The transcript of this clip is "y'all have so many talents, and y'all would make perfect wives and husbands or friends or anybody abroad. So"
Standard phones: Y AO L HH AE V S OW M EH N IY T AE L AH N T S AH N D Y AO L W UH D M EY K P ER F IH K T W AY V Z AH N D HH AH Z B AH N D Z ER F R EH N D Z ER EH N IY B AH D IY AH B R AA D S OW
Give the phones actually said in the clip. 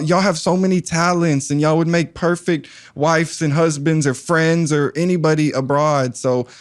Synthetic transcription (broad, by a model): Y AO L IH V S OW M EH N IY T AE L AH N T S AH N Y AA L W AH D M EY K P ER F IH K T W AY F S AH N HH AH Z B AH N D Z ER F R EH N D Z ER EH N IY B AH D IY AH B R AA D S OW